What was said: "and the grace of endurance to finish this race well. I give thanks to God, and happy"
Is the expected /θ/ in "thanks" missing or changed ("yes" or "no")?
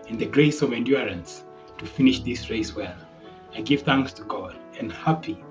no